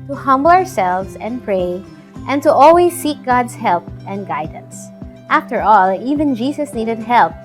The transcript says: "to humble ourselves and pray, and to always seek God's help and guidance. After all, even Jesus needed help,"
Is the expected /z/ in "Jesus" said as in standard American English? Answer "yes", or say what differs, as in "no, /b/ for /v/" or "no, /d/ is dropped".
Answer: no, /s/ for /z/